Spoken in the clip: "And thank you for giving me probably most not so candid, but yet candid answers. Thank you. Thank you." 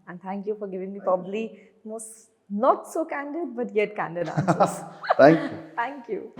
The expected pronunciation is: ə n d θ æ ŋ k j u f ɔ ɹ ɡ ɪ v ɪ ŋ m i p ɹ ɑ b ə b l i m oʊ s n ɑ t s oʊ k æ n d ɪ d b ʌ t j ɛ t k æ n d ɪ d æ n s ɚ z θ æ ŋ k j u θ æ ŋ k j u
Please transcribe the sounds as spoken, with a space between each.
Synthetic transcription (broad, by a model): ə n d t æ ŋ k j u f ɔ ɹ ɡ ɪ v ɪ ŋ m i p ɹ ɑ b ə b l i m oʊ s n ɑ t s oʊ k æ n d ɪ d b ʌ t j ɛ t k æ n d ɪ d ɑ s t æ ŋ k j u t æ ŋ k j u